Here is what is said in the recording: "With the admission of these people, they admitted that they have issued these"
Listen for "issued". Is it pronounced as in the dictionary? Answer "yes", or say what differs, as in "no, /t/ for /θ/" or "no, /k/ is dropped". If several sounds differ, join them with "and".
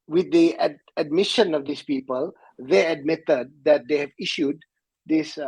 yes